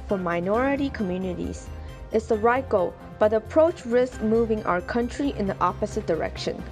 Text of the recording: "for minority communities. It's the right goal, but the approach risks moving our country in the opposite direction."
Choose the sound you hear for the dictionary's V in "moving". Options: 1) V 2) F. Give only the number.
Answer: 1